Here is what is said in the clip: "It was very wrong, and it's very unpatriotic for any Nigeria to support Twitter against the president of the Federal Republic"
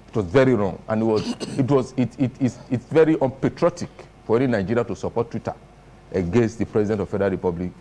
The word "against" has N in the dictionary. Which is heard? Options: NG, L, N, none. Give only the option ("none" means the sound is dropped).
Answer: N